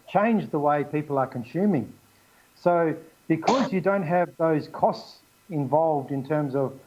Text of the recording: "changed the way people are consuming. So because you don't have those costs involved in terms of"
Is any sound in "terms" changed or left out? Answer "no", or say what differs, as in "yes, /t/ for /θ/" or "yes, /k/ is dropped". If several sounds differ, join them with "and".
no